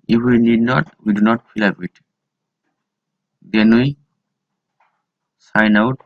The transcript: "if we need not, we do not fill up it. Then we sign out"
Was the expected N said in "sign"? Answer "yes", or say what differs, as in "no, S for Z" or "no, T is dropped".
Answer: yes